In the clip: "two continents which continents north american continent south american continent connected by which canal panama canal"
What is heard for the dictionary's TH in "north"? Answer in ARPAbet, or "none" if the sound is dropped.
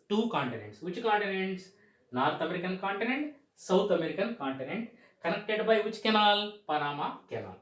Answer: T